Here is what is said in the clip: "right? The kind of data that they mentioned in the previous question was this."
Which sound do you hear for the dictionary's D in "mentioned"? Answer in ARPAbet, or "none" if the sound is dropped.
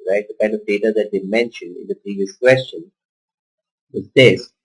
D